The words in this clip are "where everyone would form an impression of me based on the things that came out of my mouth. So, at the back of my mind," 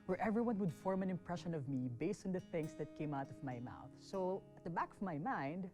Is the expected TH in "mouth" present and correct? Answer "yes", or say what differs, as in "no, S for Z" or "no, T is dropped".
yes